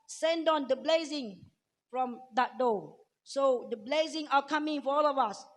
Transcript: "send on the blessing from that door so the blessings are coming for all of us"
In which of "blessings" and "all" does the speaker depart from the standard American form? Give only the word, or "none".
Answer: blessings